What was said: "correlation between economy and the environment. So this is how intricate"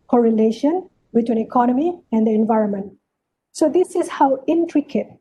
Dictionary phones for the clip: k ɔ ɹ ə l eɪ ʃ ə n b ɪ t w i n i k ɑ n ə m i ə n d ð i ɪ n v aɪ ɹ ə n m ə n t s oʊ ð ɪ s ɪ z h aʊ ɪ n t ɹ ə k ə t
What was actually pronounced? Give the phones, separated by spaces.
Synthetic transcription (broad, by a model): k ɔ ɹ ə l eɪ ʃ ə n b ɪ t w i n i k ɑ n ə m i ə n d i ɪ n v aɪ ɹ ə n m ə n t s oʊ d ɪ s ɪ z h aʊ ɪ n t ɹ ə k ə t